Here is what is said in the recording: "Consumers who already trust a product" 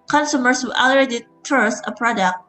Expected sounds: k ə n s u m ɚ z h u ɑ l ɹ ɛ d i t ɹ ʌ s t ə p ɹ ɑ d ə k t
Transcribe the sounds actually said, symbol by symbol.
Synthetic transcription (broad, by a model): k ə n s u m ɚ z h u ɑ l ʌ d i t ʌ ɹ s ə p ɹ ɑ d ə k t